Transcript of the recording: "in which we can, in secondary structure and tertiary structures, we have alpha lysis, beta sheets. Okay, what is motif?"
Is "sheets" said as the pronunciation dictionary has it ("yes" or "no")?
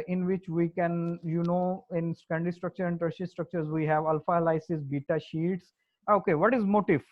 yes